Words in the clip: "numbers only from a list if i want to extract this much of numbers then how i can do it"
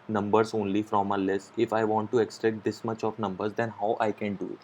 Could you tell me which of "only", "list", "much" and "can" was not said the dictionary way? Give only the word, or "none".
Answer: list